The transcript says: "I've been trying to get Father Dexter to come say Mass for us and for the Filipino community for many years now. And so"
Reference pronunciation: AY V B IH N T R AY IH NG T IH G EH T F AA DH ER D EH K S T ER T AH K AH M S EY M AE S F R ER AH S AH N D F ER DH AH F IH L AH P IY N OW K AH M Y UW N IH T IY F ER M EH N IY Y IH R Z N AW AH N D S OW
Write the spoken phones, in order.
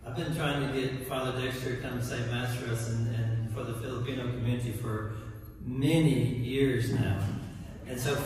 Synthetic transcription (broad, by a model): AY V B IH N T R AY IH NG T IH G EH T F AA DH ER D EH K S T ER T AH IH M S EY M AE S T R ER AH S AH N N F ER DH AH F IH L AH P IY N OW K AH M Y UW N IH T IY F ER M EH N IY Y IH R Z N AW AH N S OW